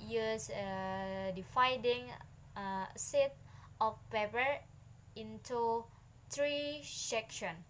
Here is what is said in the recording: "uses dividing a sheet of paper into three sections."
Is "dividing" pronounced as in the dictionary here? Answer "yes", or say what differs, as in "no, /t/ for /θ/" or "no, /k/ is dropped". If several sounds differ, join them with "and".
no, /f/ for /v/